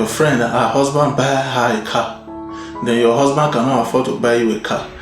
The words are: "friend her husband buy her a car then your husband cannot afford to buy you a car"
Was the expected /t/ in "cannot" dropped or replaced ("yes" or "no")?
yes